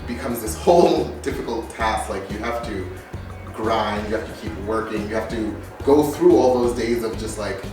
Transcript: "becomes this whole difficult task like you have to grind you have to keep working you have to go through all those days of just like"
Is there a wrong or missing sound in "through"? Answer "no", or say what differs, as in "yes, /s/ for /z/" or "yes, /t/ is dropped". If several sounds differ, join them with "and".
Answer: no